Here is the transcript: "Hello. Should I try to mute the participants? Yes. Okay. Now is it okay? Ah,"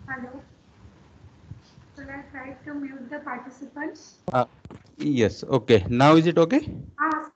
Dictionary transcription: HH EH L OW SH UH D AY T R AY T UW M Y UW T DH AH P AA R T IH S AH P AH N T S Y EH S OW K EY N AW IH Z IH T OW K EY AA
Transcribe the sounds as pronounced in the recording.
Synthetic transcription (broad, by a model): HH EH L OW S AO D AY T R AY T UW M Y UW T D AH P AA R T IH S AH P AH N T S Y EH S OW K EY N AW IH Z IH T OW K EY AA